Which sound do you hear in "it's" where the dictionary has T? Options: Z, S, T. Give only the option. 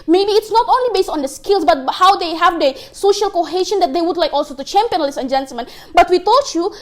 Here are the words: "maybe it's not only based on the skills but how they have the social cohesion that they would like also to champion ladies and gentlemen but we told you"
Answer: T